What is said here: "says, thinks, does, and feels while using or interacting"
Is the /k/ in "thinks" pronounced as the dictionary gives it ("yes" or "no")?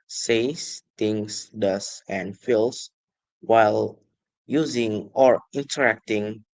no